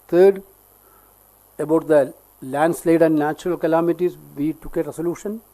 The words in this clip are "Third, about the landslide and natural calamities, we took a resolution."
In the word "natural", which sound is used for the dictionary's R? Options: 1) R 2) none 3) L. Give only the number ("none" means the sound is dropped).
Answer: 1